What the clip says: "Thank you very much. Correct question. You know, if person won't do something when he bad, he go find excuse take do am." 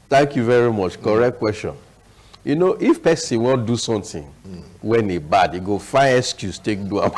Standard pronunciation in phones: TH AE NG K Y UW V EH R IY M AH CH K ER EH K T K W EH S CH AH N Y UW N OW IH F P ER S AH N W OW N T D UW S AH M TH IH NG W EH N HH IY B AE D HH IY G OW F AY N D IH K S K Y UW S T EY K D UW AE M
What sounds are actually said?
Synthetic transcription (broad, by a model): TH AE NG K Y UW V EH R IY M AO CH K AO EH K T K W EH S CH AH N Y UW N OW IH F P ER S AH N W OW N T D UW S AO M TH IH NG W EH N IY B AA D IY G OW F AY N IH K S K Y UW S T EY K D UW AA